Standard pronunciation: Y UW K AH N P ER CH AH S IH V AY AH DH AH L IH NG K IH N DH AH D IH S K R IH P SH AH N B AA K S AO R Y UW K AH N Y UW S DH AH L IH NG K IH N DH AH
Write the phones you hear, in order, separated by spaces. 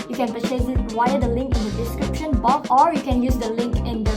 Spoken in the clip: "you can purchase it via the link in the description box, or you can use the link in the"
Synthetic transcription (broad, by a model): Y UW K AH N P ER S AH IH W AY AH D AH L IH NG K IH N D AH D IH S K R IH P SH AH N B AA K AO R Y UW K AH N Y UW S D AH L IH NG K IH N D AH